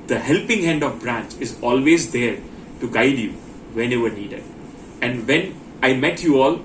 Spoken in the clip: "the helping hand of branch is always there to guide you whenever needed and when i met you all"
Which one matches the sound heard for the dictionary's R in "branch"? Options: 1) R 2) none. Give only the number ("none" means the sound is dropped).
1